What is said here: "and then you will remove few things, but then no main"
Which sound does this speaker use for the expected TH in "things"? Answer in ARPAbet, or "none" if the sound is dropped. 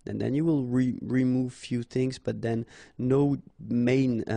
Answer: TH